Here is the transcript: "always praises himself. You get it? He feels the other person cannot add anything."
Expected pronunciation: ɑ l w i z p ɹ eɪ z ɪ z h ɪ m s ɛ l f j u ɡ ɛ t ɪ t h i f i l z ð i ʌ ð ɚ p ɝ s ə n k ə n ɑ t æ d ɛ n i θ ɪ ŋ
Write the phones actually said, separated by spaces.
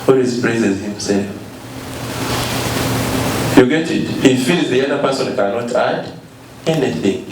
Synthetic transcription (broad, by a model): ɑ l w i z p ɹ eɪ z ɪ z h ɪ m s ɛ l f j u ɡ ɛ t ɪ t h i f i l z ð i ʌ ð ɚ p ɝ s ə n k ə n ɑ t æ d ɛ n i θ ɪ ŋ